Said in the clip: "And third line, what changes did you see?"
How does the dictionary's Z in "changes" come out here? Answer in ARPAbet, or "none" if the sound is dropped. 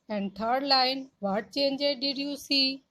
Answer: none